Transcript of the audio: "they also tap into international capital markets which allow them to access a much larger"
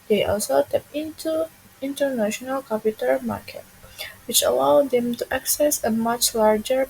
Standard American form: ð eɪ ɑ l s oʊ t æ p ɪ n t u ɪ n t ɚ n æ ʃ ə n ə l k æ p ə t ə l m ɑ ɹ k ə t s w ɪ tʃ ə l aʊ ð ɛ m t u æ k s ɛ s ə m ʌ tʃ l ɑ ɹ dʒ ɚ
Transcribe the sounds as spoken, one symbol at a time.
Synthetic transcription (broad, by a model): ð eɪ ɑ l s oʊ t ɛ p ɪ n t u ɪ n t ɚ n æ ʃ ə n ə l k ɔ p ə t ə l m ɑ ɹ k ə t w ɪ tʃ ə l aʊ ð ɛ m t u æ k s ɛ s ə m ʌ tʃ l ɑ ɹ dʒ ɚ